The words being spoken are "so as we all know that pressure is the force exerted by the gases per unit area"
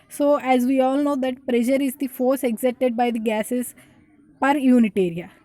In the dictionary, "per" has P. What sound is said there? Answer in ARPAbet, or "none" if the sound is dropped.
P